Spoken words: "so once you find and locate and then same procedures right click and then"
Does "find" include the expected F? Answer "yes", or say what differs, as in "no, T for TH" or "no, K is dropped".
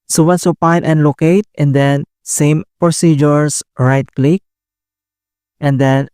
no, P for F